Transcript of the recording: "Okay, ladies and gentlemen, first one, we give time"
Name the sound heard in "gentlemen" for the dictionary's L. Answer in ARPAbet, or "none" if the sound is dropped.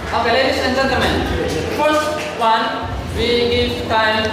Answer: none